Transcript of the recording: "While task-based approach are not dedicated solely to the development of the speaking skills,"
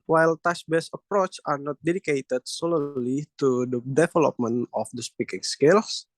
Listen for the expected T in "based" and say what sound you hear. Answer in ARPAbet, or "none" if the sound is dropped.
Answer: none